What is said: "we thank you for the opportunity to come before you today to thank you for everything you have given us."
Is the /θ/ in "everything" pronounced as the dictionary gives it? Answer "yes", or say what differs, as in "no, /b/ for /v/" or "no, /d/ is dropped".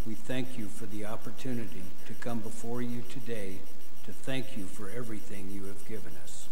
yes